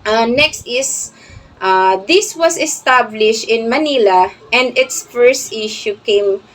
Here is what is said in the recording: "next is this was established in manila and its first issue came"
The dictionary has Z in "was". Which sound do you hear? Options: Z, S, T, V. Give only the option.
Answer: S